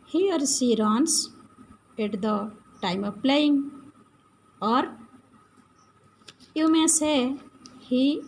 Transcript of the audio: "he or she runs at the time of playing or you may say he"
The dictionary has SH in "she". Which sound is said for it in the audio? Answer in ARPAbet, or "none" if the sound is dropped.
S